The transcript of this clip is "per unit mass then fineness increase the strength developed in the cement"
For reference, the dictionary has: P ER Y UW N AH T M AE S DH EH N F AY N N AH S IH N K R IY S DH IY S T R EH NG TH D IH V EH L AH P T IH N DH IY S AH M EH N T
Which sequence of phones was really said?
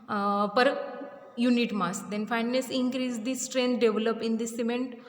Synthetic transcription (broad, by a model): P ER Y UW N AH T M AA S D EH N F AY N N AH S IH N K R IY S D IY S T R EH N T D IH V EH L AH P IH N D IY S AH M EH N T